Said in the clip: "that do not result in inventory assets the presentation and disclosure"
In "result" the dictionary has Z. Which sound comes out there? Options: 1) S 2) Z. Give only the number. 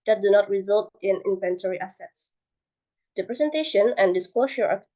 2